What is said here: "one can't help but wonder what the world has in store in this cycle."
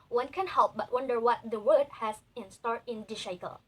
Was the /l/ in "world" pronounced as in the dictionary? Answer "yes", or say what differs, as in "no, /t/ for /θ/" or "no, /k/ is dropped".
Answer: no, /l/ is dropped